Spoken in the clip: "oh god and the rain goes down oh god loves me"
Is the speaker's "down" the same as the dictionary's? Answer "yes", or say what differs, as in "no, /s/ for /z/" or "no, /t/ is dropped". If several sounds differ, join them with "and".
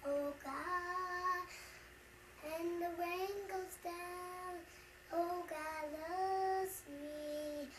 yes